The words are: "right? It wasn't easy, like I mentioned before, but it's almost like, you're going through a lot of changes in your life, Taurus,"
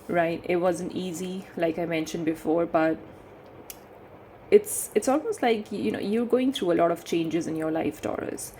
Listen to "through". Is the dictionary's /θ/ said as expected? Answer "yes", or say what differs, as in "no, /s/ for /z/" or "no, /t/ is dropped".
no, /t/ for /θ/